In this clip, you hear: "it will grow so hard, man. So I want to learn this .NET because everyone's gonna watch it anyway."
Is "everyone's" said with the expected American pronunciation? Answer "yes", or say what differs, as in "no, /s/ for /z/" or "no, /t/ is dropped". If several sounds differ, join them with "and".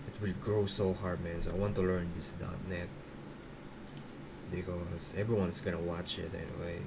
no, /s/ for /z/